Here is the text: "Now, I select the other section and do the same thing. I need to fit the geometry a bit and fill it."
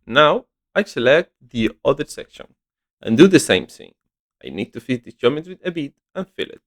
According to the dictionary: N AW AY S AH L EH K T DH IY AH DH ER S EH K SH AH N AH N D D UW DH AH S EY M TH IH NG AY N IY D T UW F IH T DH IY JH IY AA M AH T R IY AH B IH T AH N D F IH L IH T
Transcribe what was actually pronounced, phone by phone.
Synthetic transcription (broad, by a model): N AW AY S AH L EH K T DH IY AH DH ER S EH K SH AH N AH N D D UW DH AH S EY M TH IH NG AY N IY D T UW F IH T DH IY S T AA M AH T W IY AH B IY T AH N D F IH L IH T